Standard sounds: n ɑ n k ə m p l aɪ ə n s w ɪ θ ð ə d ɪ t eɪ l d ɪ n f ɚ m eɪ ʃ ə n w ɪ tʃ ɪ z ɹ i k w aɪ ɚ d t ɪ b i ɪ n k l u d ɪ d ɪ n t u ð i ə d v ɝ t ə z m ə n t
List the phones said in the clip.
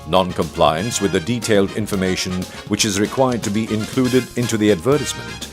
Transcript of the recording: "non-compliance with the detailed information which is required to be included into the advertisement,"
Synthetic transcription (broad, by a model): n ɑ n k ə m p l aɪ ə n s w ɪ ð ə d ɪ t eɪ l d ɪ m f ɚ m eɪ ʃ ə n w ɪ tʃ ɪ z ɹ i k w aɪ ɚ d t ɪ b i ɪ n k l u d ɪ d ɪ n t u ð i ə d v ɝ t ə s m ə n t